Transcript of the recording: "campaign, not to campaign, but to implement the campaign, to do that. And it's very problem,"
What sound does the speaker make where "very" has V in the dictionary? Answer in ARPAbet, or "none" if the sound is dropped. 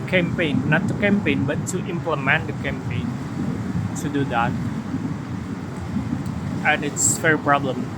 F